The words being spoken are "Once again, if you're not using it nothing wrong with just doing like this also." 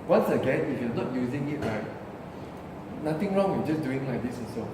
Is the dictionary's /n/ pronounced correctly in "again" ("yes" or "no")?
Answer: yes